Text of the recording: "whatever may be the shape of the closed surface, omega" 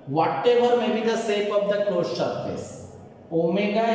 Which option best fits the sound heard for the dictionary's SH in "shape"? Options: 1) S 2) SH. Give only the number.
1